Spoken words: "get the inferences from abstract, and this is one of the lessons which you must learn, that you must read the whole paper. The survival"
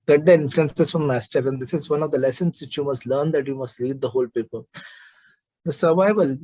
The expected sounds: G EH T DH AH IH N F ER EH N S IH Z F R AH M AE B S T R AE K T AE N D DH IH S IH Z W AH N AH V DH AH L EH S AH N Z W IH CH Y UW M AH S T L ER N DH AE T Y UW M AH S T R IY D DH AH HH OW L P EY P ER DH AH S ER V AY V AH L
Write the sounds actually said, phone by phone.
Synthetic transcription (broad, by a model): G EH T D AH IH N F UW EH N S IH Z F R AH M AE S T AH T AE N D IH S IH Z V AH N AH V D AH L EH S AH N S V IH CH Y UW M AH S T L ER N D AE T Y UW M AH S T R IY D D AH HH OW L P EY P ER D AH S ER V AY V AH L